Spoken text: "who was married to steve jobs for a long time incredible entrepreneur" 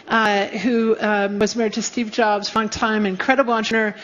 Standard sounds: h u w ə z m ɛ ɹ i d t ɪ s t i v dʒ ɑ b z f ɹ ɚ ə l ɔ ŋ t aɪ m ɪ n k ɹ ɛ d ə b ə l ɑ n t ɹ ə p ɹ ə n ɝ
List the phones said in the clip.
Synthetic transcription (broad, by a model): h u w ə z m ɛ ɹ i d t ɪ s t i v dʒ ɑ b z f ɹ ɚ ə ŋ t aɪ m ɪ n k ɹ ɛ d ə b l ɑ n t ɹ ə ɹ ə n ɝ